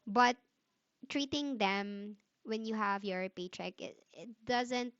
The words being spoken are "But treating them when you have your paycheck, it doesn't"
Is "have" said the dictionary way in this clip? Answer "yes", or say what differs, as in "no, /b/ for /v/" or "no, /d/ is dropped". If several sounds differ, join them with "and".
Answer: yes